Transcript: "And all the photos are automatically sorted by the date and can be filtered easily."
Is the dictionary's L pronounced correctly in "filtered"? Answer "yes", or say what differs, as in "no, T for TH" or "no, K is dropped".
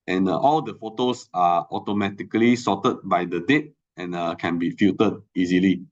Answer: no, L is dropped